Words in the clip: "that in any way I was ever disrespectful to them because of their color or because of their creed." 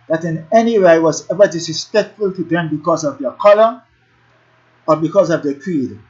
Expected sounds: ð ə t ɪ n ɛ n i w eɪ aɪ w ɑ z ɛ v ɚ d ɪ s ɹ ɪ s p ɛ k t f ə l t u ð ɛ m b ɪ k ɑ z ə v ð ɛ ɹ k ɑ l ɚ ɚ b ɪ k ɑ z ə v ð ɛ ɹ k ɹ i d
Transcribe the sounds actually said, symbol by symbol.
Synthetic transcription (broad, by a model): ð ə t ɪ n ɛ n i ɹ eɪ aɪ w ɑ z ɛ v ɚ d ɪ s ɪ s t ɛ t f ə l t u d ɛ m b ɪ k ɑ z ə v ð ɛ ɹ k ɑ l ɚ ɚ b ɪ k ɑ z ə v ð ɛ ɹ k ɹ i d